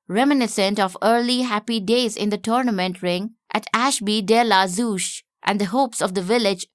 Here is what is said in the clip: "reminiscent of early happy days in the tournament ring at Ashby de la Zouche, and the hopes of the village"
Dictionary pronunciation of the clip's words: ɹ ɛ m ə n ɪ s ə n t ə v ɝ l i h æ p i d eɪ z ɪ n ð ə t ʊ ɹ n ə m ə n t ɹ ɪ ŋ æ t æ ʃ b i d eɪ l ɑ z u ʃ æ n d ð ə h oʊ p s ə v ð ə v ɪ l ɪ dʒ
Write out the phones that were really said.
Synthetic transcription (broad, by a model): ɹ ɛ m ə n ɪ s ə n t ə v ɝ l i h æ p i d eɪ z ɪ n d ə t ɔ ɹ n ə m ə n t ɹ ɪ ŋ æ t æ ʃ b i d eɪ l ɑ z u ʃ æ n d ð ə h oʊ p s ə v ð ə v ɪ l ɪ dʒ